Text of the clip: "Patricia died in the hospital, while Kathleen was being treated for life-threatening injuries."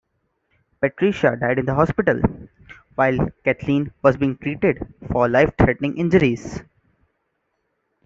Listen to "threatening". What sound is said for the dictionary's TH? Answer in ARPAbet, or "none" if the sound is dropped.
T